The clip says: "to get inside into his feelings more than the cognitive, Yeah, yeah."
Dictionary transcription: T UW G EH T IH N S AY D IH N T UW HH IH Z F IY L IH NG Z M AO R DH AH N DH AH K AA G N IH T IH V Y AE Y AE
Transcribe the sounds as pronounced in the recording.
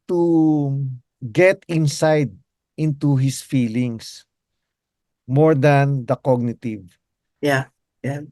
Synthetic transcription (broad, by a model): T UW G EH T IH N S AY D IH N T UW HH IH S F IY L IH NG S M AO R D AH N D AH K AA G N IH T IH V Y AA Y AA